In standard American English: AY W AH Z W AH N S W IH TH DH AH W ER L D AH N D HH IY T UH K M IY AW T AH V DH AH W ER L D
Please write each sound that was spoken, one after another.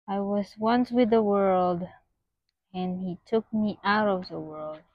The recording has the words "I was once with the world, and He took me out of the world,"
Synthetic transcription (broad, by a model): AY W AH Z W AH N S W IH DH AH W ER L D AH N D HH IY T UH K M IY AW T AH V DH AH W ER L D